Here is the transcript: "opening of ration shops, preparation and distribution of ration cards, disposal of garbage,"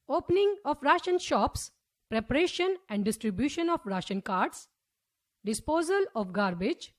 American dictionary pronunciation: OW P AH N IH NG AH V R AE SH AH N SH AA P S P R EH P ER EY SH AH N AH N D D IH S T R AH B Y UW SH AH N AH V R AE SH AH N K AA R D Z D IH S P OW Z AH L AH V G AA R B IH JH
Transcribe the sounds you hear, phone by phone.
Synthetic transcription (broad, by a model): OW P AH N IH NG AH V R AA SH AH N SH AA P S P R EH P ER EY SH AH N AH N D D IH S T R AH B Y UW SH AH N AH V R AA SH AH N K AA R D S D IH S P OW Z AH L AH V G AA R B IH JH